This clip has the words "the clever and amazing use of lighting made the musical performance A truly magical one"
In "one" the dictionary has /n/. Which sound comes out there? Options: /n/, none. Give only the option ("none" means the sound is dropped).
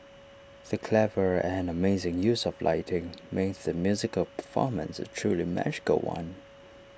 /n/